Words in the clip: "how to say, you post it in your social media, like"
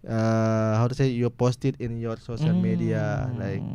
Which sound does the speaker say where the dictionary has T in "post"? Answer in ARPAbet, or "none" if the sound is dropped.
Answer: T